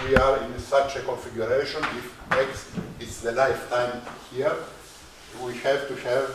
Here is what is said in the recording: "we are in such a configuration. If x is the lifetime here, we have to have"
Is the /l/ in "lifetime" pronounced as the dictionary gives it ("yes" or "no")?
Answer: yes